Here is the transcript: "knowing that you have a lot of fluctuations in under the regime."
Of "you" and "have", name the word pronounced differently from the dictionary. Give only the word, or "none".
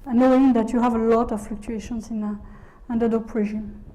none